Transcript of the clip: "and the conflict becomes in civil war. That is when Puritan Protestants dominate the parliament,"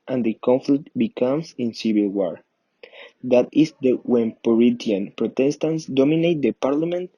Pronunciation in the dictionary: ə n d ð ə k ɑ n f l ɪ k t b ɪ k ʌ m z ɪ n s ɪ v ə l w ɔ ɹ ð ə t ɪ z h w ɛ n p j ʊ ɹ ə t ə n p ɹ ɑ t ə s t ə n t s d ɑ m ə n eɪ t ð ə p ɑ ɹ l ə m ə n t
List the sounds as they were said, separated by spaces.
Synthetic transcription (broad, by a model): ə n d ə k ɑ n f l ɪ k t b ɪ k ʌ m s ɪ n s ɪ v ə l w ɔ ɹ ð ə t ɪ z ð w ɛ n p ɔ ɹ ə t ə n p ɹ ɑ t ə s t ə n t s d ɑ m ə n eɪ t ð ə p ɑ ɹ l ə m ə n t